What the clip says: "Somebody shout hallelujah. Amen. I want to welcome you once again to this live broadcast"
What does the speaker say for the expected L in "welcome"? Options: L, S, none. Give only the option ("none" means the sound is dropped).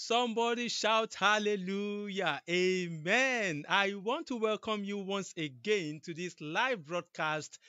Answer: L